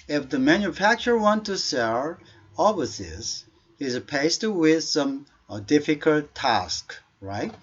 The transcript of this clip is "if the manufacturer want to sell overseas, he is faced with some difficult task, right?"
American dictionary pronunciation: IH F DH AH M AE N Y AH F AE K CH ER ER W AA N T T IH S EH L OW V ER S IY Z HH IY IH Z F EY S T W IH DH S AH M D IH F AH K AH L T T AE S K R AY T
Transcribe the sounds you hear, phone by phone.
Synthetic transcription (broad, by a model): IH F DH AH M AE N Y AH F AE K CH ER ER W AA N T T IH S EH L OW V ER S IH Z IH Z P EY S T W IH DH S AH M D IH F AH K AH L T T AE S K R AY T